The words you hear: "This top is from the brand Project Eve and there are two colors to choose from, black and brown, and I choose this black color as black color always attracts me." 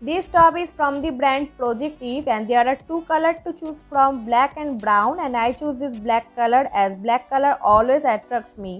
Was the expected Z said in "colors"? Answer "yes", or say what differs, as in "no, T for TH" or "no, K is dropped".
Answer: no, Z is dropped